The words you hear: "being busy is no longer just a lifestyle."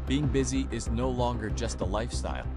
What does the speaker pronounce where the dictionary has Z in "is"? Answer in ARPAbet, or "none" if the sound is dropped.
Z